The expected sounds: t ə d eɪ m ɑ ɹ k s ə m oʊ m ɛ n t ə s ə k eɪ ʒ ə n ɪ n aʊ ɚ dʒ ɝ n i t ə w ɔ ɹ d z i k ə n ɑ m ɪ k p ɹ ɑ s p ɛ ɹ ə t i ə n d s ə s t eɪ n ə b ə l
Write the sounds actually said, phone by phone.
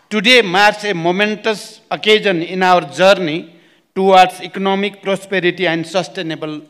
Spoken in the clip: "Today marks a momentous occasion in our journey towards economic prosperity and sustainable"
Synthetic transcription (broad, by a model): t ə d eɪ m ɑ ɹ s ə m oʊ m ɛ n t ə s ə k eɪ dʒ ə n ɪ n aʊ ɚ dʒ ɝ n i t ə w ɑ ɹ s i k ə n ɑ m ɪ k p ɹ ɑ s p ɛ ɹ ə t i ə n d s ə s t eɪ n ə b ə l